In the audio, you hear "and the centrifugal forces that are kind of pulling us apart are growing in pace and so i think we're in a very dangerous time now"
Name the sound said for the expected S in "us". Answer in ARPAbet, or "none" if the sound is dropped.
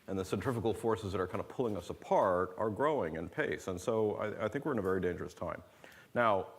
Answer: S